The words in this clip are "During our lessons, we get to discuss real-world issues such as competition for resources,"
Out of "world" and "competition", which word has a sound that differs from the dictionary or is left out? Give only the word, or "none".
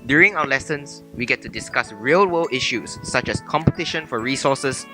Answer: world